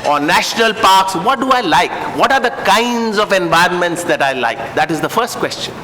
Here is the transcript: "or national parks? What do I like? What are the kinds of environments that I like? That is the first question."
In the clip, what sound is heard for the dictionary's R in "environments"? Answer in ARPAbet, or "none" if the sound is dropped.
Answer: R